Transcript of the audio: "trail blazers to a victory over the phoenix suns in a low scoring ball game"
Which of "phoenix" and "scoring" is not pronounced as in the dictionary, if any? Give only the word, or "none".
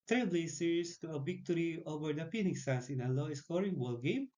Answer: phoenix